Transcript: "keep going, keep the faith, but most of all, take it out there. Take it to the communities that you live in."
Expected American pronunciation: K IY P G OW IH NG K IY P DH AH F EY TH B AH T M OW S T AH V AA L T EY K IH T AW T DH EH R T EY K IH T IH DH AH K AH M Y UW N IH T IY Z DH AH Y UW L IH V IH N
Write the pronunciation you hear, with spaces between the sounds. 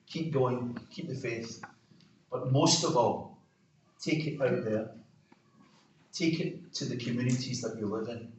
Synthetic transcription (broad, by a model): K IY P G OW IH NG K IY P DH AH F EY S B AH T M OW S T AH V AA L T EY K IH T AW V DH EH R T EY K IH T IH DH AH K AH M Y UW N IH T IY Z DH AH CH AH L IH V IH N